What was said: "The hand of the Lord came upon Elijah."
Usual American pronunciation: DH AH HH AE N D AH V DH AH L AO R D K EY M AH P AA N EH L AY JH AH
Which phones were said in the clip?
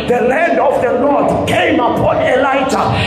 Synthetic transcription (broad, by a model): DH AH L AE N D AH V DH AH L AO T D K EY M AH P AA N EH L AY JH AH